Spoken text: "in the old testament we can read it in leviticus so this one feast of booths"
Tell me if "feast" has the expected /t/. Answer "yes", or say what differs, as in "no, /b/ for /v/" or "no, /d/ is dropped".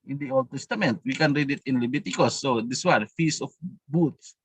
no, /t/ is dropped